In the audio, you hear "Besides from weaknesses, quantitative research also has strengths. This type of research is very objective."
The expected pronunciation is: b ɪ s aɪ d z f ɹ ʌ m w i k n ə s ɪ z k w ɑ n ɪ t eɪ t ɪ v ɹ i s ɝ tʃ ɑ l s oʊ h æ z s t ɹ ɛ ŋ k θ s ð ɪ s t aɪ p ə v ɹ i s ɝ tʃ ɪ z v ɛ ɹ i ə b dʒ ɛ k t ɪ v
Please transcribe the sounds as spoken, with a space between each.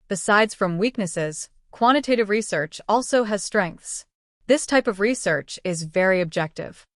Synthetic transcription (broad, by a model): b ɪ s aɪ d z f ɹ ʌ m w i k n ə s ɪ z k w ɑ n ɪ t eɪ t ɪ v ɹ i s ɝ tʃ ɑ l s oʊ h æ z s t ɹ ɛ ŋ k θ s ð ɪ s t aɪ p ə v ɹ i s ɝ tʃ ɪ z v ɛ ɹ i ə b dʒ ɛ k t ɪ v